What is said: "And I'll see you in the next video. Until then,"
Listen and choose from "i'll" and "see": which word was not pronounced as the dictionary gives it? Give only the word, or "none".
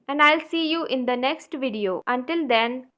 none